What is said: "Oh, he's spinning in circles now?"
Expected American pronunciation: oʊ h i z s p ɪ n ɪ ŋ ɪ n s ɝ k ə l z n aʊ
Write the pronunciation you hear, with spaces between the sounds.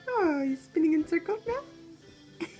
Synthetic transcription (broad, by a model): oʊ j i s p ɪ n ɪ ŋ ɪ n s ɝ k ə l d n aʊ